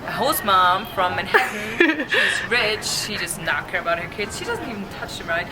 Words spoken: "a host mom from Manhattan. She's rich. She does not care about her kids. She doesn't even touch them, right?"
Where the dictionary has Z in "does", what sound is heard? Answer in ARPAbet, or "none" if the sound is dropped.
S